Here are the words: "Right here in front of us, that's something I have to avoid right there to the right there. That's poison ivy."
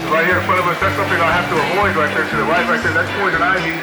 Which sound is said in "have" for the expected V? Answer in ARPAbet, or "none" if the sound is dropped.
F